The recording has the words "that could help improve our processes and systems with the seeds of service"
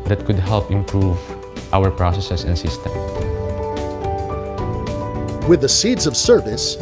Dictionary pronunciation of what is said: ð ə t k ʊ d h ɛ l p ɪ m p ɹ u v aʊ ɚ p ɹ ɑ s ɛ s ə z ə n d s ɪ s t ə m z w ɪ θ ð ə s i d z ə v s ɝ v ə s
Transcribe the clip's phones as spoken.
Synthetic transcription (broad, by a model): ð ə t k ʊ d h ɛ l p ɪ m p ɹ u v aʊ ɚ p ɹ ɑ s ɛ s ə s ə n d s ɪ s t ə m w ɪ ð ə s i d z ə v s ɝ v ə s